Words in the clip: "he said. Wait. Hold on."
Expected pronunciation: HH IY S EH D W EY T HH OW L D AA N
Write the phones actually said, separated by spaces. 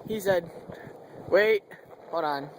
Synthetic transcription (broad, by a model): HH IY S EH D W EY T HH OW D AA N